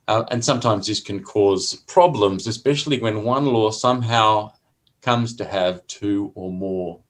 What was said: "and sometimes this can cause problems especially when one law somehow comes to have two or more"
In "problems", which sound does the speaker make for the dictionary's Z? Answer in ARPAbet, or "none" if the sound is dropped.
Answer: Z